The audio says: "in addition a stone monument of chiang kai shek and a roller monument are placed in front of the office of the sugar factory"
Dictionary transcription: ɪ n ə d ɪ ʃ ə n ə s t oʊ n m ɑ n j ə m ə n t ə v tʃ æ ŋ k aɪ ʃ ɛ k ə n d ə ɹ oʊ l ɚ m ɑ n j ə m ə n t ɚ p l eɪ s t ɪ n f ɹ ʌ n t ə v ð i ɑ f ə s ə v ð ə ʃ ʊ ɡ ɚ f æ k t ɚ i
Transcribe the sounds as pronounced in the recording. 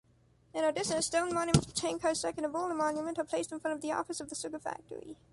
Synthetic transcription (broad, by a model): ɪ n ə d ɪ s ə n s t oʊ n m ɑ n j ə m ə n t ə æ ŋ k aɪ s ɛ k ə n ə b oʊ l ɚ m ɑ n j ə m ə n t ɚ p l eɪ s t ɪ n f ɹ ʌ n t ə v ð i ɑ f ə s ə v ð ə s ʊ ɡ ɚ f æ k t ɚ i